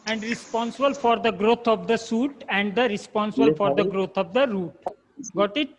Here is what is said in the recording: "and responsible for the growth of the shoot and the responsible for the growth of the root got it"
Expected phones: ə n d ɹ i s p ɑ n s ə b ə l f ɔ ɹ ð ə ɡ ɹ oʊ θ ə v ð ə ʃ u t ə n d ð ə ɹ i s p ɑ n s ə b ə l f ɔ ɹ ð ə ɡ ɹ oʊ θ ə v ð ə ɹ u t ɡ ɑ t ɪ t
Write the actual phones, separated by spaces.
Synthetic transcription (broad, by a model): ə n d ɹ i s p ɑ n s ə b ə l f ɔ ɹ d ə ɡ ɹ oʊ t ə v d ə s u t ə n d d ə ɹ i s p ɑ n s ə b ə l f ɔ ɹ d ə ɡ ɹ oʊ t ə v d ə ɹ u t ɡ ɑ t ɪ t